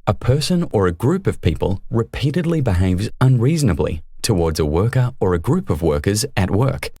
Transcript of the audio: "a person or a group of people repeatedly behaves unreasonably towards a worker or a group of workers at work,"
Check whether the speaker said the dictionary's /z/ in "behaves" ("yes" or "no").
yes